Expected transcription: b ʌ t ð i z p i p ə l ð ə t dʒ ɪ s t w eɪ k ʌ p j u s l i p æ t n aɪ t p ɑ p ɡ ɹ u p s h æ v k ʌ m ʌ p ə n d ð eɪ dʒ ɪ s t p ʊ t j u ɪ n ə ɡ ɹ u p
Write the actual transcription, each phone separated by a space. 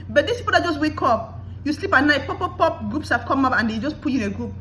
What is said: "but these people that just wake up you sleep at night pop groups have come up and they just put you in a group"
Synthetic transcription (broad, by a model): b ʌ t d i s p i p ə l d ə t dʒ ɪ s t w eɪ k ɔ p j u s l i p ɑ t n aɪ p p ɑ p ɡ ɹ u p s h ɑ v k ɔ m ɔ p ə n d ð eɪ dʒ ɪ s p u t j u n ə ɡ ɹ u p